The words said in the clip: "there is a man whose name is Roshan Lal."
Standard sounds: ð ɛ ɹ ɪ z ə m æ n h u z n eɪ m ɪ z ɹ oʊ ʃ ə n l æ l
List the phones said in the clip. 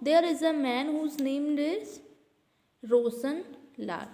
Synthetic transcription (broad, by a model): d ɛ ɹ ɪ z ə m æ n h u z n eɪ m ɪ z ɹ oʊ s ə n l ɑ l